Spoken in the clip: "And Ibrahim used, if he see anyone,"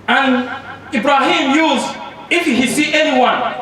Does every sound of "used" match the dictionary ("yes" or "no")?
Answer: no